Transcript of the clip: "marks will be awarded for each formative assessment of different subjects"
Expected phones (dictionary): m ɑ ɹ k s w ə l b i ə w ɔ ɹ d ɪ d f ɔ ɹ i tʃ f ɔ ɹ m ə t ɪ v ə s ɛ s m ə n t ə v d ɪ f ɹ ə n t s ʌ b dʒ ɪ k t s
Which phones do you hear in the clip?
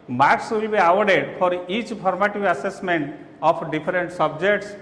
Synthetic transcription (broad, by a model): m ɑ ɹ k s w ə l b i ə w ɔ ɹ d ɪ d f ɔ ɹ i tʃ p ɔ ɹ m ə t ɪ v ə s ɛ s m ə n t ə p d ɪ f ɹ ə n t s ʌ b dʒ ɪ k t s